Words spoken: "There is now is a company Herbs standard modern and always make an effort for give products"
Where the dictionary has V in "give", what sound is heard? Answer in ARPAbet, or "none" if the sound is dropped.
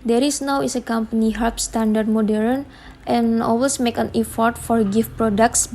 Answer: F